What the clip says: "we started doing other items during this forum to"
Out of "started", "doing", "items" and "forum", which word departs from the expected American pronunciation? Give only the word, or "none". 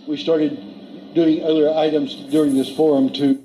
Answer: none